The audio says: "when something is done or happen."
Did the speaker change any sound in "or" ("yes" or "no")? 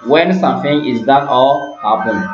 yes